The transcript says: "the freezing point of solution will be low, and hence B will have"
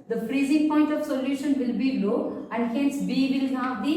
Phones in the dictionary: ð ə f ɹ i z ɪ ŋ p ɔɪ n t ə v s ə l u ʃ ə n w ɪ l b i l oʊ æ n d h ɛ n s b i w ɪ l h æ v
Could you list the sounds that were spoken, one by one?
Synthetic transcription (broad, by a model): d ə f ɹ i z ɪ ŋ p ɔɪ n t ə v s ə l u ʃ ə n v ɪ l b i l oʊ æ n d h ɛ n s b i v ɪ l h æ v